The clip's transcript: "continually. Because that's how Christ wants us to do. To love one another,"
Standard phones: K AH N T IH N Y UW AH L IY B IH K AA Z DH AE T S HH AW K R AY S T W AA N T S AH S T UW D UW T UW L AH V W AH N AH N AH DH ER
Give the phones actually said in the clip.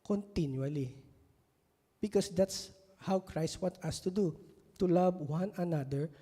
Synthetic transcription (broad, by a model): K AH N T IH N Y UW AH L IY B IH K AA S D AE T S HH AW K R AY S T W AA T AH S T UW D UW T UW L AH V W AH N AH N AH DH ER